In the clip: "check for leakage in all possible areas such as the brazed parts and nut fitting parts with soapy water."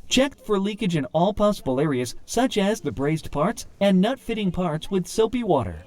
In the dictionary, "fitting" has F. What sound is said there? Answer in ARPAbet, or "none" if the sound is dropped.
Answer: F